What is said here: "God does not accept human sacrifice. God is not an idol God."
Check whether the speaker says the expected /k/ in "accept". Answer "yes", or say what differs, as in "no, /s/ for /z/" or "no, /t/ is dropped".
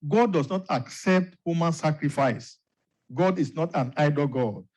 yes